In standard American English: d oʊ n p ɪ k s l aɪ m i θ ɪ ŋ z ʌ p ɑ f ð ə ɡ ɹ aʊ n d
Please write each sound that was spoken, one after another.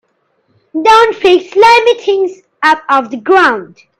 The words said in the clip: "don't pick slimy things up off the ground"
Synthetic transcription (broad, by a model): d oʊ n f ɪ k s l aɪ m i t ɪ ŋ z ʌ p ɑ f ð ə ɡ ɹ aʊ n d